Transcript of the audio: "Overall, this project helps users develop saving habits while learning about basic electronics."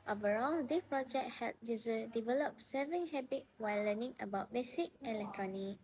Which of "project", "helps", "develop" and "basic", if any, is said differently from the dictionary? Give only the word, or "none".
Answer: helps